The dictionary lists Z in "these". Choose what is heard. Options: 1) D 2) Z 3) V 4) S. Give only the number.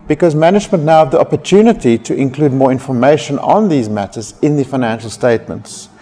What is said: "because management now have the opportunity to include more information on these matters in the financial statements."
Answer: 2